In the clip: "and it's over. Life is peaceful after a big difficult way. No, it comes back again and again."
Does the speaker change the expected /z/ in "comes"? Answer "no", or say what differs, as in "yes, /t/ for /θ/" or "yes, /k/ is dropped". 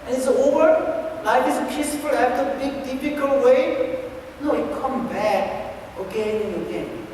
yes, /z/ is dropped